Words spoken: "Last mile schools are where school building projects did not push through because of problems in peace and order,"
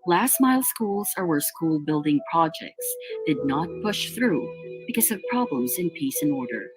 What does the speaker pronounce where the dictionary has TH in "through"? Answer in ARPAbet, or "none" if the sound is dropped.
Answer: TH